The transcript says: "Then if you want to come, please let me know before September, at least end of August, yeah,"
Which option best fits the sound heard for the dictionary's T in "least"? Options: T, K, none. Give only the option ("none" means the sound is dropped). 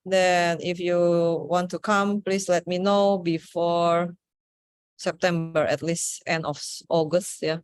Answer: T